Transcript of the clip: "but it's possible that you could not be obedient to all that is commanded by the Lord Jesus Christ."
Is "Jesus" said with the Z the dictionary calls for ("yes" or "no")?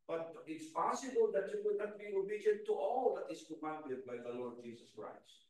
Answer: no